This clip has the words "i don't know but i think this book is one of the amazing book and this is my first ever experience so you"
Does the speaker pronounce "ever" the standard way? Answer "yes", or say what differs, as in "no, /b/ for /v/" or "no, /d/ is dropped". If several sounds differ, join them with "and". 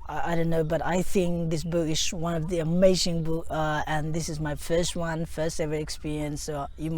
no, /f/ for /v/